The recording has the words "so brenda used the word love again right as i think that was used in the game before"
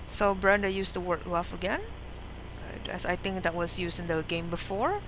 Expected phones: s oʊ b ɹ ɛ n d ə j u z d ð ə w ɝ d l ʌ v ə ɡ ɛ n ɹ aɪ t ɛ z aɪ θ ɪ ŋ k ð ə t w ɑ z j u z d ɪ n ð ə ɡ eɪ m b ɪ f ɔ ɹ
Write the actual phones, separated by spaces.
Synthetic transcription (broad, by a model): s oʊ b ɹ ɛ n d ə j u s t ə w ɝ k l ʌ f ə ɡ ɛ n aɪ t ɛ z aɪ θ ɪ ŋ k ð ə t w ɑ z j u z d ɪ n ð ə ɡ eɪ m b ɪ f ɔ ɹ